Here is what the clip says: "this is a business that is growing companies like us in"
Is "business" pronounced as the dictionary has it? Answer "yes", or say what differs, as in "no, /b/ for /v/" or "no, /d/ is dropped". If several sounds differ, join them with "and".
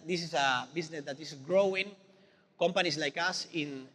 no, /s/ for /z/